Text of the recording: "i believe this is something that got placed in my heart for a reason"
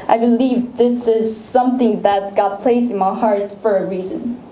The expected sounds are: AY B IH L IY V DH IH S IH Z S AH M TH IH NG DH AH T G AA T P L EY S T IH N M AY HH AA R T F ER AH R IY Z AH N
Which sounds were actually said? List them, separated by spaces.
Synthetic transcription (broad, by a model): AY B IH L IY V DH IH S IH Z S AH M TH IH NG DH AH T G AA T P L EY S IH N M AY HH AA R T F ER AH R IY Z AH N